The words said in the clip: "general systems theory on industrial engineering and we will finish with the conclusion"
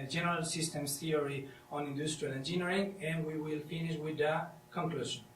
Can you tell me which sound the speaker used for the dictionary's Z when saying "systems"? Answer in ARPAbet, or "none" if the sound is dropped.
S